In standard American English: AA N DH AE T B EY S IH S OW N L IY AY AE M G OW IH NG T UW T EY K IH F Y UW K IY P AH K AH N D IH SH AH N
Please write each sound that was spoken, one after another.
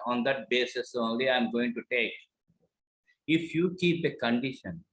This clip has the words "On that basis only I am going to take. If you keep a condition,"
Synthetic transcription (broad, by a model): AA N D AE T B EY S IH S OW N L IY AY M G OW IH NG T UW T EY K IH F Y UW K IY P AH K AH N D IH SH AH N